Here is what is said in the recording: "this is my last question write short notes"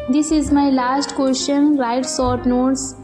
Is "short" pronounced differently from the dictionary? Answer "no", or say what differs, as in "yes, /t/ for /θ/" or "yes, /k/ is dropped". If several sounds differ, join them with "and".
yes, /s/ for /ʃ/